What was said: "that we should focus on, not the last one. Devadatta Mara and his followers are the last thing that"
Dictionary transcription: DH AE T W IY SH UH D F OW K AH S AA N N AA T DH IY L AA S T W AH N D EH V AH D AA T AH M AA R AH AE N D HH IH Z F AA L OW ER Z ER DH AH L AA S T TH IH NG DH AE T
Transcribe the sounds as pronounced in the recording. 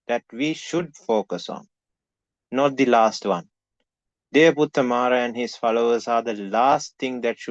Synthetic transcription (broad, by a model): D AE T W IY SH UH D F OW K AH S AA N N AA T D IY L AA S T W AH N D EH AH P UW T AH M AA R AH AE N D HH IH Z F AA L OW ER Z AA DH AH L AA S T T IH NG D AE T